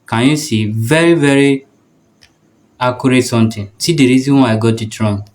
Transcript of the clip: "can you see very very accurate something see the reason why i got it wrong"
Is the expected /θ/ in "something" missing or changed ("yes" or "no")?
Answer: yes